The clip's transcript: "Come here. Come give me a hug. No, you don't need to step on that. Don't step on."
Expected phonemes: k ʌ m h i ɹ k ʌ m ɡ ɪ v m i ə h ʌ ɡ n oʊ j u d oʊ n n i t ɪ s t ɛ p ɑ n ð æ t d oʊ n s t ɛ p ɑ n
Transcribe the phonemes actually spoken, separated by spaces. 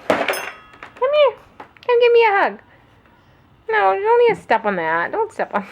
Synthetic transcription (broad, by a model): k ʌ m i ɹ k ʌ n ɡ ɪ v m i ə h ʌ ɡ n oʊ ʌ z oʊ n l i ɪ s t ɛ p n ð æ t d oʊ n s t ɛ p n